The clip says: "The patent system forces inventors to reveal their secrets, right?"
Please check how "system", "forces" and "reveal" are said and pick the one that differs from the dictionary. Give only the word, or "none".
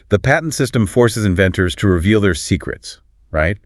none